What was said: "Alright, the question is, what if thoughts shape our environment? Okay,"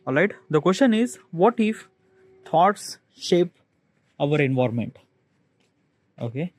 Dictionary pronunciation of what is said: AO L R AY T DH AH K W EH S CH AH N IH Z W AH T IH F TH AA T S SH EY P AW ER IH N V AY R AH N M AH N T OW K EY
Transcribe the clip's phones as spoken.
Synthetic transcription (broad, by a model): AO L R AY T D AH K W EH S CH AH N IH Z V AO T IH F T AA T S SH EY P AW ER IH N V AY R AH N M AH N T OW K EY